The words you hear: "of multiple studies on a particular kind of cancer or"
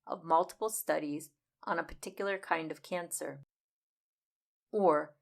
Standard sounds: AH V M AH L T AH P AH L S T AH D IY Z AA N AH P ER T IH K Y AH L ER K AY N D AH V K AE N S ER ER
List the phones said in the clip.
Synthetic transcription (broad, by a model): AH V M AH L T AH P L S T AH D IY Z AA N AH P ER T IH K Y L ER K AY N D AH V K AE N S ER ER